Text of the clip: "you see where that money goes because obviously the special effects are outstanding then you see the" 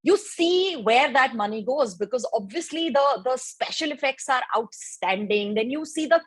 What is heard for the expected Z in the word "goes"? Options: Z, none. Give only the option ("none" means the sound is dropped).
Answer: Z